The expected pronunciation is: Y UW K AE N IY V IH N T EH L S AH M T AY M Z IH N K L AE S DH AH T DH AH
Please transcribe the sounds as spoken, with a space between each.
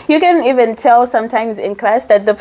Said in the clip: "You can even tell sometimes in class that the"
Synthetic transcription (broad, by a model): Y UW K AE N IY V IH N T EH L S AH M T AY M Z IH N K L AE S DH AH T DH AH